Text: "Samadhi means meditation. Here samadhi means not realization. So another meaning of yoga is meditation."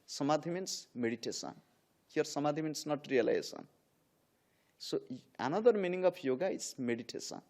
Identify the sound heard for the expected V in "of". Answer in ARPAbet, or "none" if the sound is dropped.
P